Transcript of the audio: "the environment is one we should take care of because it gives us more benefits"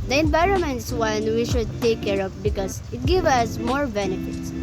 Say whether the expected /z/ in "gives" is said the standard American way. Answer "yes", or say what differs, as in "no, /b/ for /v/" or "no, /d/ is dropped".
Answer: no, /z/ is dropped